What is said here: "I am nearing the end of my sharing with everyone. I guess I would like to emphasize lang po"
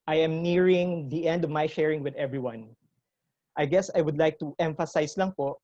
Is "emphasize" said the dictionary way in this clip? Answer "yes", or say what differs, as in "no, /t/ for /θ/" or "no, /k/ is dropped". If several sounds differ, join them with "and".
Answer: no, /s/ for /z/